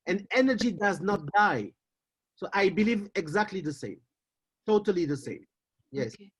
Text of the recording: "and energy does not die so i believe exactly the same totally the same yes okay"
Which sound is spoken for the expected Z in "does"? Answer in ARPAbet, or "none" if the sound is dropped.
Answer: Z